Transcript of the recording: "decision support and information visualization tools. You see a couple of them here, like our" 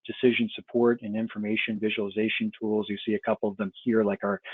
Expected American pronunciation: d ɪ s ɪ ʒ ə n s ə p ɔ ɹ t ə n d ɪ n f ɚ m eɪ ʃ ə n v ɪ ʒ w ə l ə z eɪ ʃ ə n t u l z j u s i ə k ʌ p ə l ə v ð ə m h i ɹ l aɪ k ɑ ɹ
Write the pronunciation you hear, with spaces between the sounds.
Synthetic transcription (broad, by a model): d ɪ s ɪ ʒ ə n s ə p ɔ ɹ t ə n ɪ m f ɚ m eɪ ʃ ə n v ɪ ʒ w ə l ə z eɪ ʃ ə n t u l z j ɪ s i ə k ʌ p l ə v ð ə m h i ɹ l aɪ k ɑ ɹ